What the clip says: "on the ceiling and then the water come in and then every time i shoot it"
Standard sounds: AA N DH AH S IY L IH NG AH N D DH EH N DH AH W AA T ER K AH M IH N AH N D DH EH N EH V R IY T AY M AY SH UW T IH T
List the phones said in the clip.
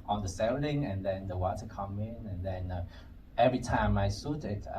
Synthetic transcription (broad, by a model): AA N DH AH S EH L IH NG AH N D EH N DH AH W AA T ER K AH M IH N AH N D EH N EH V R IY T AY M AY S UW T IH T